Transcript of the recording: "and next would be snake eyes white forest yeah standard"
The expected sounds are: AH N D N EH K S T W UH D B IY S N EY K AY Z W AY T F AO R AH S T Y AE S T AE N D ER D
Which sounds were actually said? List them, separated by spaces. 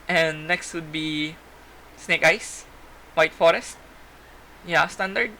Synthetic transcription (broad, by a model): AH N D N EH K S T W UH D B IY S N EY K AY S W AY T F AO R AH S T Y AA S T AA N D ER D